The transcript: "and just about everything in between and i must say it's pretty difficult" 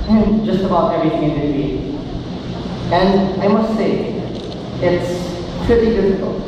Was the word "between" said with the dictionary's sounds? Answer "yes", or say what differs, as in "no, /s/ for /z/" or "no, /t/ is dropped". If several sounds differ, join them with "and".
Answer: no, /n/ is dropped